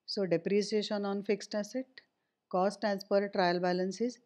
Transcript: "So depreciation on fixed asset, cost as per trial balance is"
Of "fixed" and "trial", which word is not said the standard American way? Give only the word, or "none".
none